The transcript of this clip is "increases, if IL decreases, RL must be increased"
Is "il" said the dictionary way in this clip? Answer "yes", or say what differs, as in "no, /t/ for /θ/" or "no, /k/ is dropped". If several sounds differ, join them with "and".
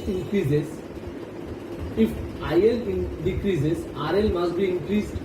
no, /n/ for /l/